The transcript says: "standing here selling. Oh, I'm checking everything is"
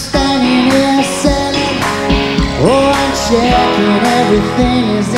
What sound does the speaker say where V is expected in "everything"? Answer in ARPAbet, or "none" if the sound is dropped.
V